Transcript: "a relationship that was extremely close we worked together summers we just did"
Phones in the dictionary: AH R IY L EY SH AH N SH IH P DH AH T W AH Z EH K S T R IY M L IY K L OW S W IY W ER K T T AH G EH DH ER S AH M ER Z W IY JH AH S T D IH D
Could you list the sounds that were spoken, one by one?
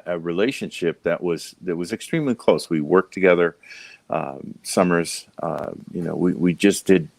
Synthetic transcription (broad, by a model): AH R IY L EY SH AH N SH IH P DH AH T W AH Z EH K S T R IY M L IY K L OW S W IY W ER K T T AH G EH DH ER S AH M ER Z W IY JH AH S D IH D